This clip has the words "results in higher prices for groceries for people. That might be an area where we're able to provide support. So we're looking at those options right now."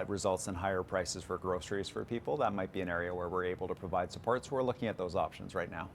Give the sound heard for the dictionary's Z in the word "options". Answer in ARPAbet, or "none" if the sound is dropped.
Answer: Z